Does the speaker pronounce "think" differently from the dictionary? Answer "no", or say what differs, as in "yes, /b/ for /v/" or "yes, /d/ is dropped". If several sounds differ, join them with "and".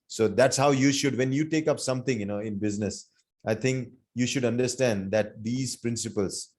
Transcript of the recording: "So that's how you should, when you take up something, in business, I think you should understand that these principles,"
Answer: yes, /t/ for /θ/